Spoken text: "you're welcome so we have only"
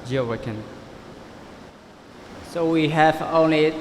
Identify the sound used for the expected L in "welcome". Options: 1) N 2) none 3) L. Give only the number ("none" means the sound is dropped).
2